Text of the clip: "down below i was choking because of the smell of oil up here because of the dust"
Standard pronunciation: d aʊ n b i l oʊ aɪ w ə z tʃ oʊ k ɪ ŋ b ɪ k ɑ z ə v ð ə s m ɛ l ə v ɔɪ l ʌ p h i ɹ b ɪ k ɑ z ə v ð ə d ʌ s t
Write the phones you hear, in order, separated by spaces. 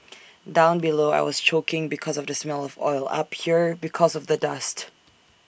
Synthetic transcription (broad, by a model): d aʊ n b i l oʊ aɪ w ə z tʃ oʊ k ɪ ŋ b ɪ k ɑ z ə v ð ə s m ɛ l ə v ɔɪ l ʌ p h i ɹ b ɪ k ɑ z ə v ð ə d ʌ s t